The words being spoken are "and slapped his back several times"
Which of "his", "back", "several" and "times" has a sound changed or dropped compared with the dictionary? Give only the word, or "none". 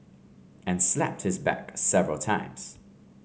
none